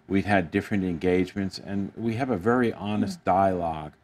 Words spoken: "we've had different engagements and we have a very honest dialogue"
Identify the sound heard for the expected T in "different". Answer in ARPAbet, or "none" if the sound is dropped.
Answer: T